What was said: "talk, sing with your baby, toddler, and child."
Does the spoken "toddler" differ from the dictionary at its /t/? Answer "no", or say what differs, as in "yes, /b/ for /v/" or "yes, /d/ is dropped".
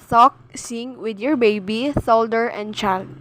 yes, /s/ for /t/